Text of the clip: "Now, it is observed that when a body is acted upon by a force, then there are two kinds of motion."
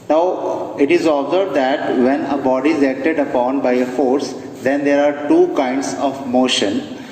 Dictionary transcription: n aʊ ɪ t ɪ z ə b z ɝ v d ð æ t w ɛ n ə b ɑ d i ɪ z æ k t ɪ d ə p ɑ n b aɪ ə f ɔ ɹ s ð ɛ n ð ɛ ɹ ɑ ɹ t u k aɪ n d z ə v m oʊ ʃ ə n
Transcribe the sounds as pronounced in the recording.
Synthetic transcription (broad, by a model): n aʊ ɪ t ɪ z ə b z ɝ b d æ t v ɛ n ə b ɑ d i ɪ z æ k t ɪ d ə p ɑ n b aɪ ə f ɔ ɹ s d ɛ n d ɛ ɹ ɑ ɹ t u k aɪ n d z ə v m oʊ ʃ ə n